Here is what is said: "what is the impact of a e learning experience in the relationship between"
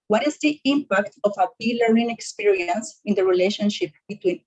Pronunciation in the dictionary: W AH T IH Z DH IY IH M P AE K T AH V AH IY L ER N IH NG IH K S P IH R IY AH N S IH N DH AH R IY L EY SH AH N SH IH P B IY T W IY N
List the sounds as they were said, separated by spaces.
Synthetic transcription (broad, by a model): W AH T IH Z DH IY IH M P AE K T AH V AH IY L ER IH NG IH K S P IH R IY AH N S IH N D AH R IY L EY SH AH N SH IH P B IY T W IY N